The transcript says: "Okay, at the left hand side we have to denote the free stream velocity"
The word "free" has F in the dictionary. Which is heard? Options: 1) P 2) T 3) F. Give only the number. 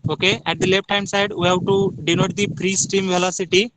1